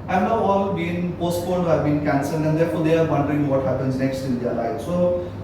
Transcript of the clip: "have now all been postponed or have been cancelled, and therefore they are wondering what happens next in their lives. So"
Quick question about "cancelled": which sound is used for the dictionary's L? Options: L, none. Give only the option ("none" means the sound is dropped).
none